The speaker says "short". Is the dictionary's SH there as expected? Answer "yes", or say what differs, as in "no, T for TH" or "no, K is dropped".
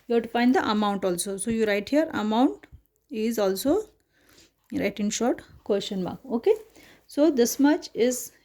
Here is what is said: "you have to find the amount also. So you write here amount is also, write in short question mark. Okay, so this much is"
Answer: yes